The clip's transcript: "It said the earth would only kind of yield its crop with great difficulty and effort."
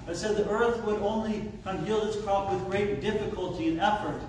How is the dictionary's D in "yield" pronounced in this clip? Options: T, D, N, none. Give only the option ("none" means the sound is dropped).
none